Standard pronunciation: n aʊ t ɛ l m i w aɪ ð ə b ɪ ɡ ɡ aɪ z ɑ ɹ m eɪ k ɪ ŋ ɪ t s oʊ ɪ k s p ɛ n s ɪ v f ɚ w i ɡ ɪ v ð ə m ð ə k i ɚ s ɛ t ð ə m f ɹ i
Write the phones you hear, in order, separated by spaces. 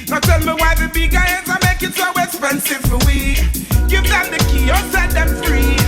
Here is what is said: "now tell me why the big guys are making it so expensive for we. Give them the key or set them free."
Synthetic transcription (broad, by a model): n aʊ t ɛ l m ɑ w aɪ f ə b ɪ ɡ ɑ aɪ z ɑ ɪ m eɪ ɪ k ɪ t s oʊ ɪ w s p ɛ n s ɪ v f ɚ w i ɡ ɪ v ð ə m ð ə k i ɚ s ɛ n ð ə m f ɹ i